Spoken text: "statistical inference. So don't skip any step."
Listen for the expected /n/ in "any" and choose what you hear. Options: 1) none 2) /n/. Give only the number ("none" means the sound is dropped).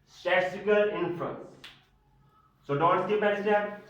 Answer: 1